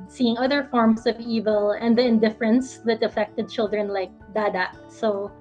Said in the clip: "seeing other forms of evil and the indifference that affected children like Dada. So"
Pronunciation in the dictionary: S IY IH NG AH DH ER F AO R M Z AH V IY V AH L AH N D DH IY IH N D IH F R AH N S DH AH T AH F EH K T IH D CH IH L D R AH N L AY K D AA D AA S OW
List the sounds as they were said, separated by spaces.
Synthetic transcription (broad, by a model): S IY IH NG AH DH ER F AO R M S AH V IY V AH L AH N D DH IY IH N D IH F R AH N S DH AH T AH F EH K T IH D CH IH L D R AH N L AY K D AA D AA S OW